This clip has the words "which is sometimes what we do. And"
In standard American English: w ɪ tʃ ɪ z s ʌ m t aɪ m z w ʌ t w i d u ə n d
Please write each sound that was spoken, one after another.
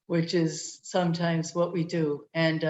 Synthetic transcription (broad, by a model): w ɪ tʃ ɪ z s ʌ m t aɪ m z w ʌ t w i d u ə n